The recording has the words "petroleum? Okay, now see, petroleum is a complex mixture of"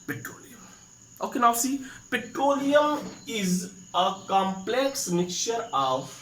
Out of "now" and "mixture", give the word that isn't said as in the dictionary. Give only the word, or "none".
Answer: mixture